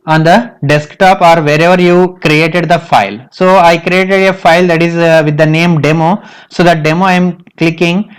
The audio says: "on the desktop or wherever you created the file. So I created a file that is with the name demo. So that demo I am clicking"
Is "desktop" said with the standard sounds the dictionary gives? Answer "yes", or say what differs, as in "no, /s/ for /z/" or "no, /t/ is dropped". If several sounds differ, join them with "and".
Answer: yes